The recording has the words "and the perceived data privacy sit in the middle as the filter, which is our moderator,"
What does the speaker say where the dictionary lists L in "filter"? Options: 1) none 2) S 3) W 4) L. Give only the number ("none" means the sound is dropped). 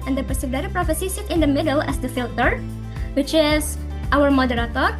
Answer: 4